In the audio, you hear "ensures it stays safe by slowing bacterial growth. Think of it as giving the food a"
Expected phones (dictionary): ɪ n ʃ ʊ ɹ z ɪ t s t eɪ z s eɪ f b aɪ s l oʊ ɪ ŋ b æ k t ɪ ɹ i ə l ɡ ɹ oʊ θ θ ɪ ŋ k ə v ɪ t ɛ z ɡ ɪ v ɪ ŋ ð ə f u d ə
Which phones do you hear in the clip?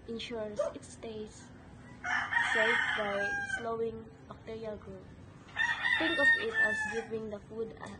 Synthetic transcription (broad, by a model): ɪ n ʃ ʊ ɹ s ɪ t s t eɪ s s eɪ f b aɪ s l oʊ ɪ ŋ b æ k t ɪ ɹ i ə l ɡ ɹ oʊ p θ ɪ ŋ k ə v ɪ t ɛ s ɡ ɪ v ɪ ŋ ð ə f u d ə